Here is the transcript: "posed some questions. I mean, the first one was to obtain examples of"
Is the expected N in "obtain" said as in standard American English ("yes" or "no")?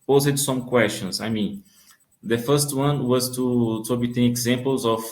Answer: no